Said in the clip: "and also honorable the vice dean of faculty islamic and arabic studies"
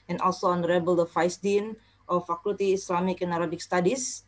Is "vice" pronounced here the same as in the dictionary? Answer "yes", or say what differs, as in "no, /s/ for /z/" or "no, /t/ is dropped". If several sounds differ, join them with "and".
no, /f/ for /v/